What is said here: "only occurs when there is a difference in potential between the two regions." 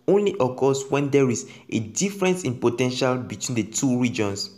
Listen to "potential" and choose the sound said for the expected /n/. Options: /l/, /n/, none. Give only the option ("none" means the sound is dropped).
/n/